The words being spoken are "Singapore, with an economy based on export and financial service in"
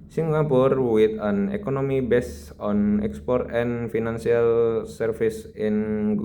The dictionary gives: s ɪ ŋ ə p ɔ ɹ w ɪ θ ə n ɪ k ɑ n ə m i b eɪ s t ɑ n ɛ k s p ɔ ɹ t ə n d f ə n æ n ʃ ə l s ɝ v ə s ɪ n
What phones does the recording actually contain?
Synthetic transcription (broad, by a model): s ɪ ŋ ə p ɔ ɹ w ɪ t ə n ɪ k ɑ n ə m i b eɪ s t ɑ n ɛ k s p ɔ ɹ t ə n f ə n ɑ n s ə l s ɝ f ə s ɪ n